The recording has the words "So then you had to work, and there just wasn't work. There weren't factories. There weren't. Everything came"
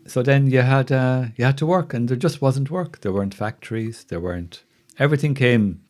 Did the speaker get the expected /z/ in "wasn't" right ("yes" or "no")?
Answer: yes